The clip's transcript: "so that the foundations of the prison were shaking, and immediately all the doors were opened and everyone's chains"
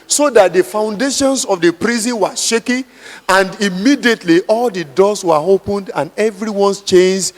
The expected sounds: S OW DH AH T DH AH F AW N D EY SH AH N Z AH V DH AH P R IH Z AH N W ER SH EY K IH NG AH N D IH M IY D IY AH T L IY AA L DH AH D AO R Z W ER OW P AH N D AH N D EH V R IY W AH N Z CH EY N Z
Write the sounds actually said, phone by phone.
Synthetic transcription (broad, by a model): S OW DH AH T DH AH F AW N D EY SH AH N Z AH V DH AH P R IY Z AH N W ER SH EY K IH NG AH N D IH M IY D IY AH T L IY AA L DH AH D AO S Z W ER OW P AH N D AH N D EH V R IY W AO N S CH EY N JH